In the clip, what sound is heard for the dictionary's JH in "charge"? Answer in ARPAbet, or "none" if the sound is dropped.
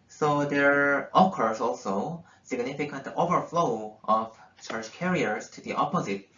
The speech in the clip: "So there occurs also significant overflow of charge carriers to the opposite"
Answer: CH